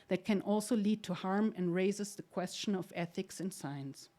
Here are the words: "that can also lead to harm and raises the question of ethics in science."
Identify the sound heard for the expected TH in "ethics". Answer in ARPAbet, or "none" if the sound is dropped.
TH